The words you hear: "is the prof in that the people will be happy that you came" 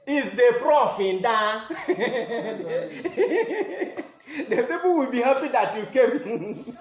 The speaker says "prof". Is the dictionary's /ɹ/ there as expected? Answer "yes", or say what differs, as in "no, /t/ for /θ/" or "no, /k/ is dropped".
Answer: yes